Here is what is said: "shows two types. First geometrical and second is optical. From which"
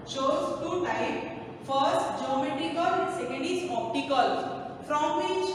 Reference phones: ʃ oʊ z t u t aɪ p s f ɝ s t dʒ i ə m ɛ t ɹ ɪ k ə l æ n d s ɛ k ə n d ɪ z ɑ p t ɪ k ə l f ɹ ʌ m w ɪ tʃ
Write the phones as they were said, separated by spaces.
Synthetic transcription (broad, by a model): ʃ oʊ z t u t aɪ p f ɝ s t dʒ i ə m ɛ t ɹ ɪ k ə l s ɛ k ə n d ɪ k ɑ p t ɪ k ə l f ɹ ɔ m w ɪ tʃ